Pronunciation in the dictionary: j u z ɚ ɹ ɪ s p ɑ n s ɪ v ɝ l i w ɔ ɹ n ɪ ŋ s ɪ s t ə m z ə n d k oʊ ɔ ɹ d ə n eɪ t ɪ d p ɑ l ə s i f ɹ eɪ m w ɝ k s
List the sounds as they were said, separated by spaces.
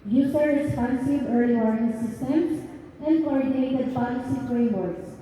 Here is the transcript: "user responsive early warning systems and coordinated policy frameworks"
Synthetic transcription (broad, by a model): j u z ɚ ɹ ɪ s p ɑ n s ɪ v ɝ l i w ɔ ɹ ɪ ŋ s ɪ s t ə m s ə n d k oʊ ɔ ɹ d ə n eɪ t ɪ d p ɑ l ə s i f ɹ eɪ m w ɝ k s